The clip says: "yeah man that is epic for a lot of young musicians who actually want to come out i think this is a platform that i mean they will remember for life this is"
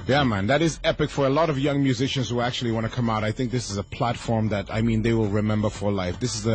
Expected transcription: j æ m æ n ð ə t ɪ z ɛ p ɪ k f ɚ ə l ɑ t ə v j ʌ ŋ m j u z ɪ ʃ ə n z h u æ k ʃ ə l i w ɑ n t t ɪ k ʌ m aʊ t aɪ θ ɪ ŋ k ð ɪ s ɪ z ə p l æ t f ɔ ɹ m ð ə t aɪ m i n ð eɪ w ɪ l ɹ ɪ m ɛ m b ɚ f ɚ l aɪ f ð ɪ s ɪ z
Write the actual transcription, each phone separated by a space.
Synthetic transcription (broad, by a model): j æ m æ n ð ə t ɪ z ɛ p ɪ k f ɚ ə l ɑ t ə v j ʌ ŋ m j u z ɪ ʃ ə n z h u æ k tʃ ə l i w ɑ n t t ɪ k ʌ m aʊ t aɪ θ ɪ ŋ k ð ɪ s ɪ z ə p l æ t f ɔ ɹ m ð ə t aɪ m i n ð eɪ w ɪ l ɹ ɪ m ɛ m b ɚ f ɚ l aɪ f ð ɪ s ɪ z